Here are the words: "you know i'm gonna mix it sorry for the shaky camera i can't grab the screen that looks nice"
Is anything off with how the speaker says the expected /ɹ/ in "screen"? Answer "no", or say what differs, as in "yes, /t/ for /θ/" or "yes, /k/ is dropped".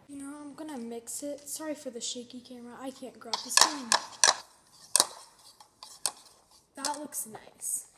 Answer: yes, /ɹ/ is dropped